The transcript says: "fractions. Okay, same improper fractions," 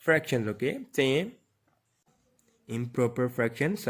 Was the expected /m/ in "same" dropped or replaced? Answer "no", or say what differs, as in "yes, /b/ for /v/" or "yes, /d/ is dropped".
yes, /m/ is dropped